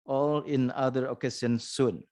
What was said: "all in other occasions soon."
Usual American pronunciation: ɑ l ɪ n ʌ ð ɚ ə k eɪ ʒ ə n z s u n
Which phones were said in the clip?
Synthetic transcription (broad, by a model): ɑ l ɪ n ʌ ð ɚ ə k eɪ s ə n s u n